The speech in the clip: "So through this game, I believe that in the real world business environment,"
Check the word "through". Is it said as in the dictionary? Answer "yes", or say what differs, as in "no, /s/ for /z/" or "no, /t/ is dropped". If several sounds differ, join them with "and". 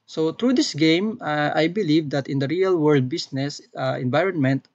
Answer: no, /t/ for /θ/